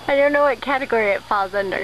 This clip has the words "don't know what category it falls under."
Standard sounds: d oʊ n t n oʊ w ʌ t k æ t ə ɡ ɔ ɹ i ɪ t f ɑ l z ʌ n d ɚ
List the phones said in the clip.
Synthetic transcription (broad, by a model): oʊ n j n oʊ w ʌ t k æ t ə ɡ ɔ ɹ i ɪ t f ɑ l z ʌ n d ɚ